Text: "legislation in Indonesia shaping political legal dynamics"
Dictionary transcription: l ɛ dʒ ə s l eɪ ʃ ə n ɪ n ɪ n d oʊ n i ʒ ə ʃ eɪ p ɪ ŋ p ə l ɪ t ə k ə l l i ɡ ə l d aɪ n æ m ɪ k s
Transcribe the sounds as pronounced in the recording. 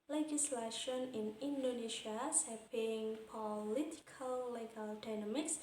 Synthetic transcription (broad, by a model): l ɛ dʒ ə s l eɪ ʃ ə n ɪ n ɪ n d oʊ n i ʃ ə s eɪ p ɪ ŋ p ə l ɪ t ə k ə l l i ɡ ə l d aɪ n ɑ m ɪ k s